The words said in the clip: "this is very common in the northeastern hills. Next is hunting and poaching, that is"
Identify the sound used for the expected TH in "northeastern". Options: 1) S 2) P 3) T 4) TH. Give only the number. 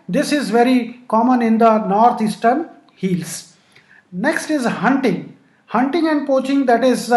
3